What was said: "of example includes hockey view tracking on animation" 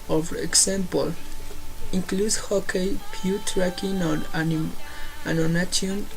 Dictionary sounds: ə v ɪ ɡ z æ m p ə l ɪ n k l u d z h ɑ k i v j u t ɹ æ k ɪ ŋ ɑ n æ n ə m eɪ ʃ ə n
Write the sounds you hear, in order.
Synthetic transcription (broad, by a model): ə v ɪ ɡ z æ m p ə l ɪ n k l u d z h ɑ k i p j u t ɹ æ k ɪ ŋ ɑ n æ n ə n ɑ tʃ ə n